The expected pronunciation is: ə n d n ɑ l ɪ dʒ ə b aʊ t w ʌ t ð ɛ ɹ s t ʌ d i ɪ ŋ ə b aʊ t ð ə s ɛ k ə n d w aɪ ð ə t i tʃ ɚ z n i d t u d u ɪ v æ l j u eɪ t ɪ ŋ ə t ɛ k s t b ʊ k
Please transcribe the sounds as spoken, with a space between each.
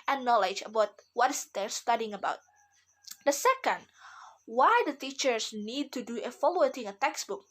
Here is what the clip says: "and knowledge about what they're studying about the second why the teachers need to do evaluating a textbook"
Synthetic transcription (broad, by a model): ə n n ɑ l ɪ dʒ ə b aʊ t w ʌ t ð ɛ ɹ s t ʌ d i ɪ ŋ ə b aʊ t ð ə s ɛ k ə n d w aɪ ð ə t i tʃ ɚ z n i d t u d u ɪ f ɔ l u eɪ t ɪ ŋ ə t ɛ k s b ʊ k